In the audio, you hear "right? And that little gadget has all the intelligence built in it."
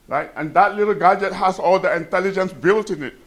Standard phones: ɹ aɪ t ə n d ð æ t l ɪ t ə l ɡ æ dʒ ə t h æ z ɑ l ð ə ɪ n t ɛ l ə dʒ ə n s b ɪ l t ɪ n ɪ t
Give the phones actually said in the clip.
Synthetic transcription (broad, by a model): ɹ aɪ t ə n d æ t l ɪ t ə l ɡ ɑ dʒ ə t h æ s ɑ l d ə ɪ n t ɛ l ə dʒ ə n s b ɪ l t ɪ n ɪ t